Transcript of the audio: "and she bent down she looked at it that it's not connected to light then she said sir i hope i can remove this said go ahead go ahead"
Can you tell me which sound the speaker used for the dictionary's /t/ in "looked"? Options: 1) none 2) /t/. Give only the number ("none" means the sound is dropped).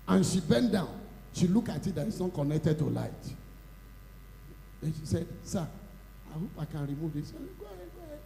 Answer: 1